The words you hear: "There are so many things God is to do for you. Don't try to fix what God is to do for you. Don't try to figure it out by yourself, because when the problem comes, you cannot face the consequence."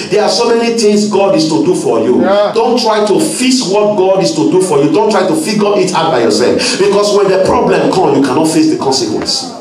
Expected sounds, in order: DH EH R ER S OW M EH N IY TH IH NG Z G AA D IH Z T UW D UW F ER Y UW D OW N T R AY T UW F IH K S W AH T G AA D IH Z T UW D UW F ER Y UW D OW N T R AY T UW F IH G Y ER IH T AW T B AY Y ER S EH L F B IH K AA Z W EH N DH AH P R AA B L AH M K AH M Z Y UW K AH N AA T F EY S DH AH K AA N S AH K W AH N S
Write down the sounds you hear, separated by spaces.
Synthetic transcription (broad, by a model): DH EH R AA S OW M EH N IY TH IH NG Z G AA D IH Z T UW D UW F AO Y UW D OW N T R AY T UW F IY S W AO T G AA D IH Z T UW D UW F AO Y UW D OW N T R AY T UW F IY G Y IH T AW T B AY Y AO S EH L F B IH K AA S W EH N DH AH P R AA B L AH M K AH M Y UW K AH N AA T F EY S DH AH K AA N S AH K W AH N S